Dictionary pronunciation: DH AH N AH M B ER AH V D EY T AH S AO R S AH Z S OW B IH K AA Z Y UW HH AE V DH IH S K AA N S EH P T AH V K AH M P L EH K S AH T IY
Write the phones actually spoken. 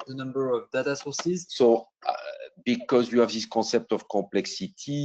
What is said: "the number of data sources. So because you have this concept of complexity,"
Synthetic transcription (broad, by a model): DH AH N AH M B ER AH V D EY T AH S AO S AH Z S OW B IH K AA Z Y UW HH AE V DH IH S K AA S EH P T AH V K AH P L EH K S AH T IY